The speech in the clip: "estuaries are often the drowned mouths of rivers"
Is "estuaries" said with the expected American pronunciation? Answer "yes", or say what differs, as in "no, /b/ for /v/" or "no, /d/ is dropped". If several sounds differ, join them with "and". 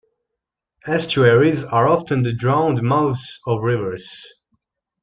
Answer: yes